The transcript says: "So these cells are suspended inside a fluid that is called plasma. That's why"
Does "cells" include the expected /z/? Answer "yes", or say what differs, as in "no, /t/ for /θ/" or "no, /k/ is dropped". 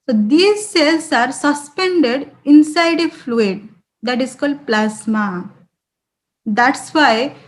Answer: no, /s/ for /z/